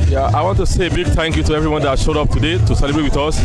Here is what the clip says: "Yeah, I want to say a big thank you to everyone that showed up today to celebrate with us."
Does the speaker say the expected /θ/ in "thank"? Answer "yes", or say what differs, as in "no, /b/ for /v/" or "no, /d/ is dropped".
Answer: no, /t/ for /θ/